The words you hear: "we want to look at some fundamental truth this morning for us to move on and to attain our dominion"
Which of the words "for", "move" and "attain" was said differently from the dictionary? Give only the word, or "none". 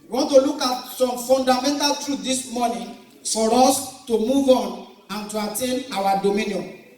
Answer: none